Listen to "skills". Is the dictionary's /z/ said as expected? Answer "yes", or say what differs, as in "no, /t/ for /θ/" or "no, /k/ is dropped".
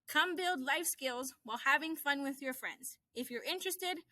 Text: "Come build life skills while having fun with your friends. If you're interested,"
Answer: yes